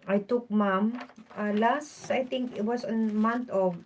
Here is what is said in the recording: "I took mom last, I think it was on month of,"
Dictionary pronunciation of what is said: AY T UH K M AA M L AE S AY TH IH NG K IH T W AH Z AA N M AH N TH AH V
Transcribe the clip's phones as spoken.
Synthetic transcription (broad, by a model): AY T UH K M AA M L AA S AY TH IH NG K IH T W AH S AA N M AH N T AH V